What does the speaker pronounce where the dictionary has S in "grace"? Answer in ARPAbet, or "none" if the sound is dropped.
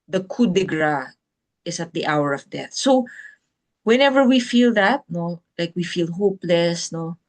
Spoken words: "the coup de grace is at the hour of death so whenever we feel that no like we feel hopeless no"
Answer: none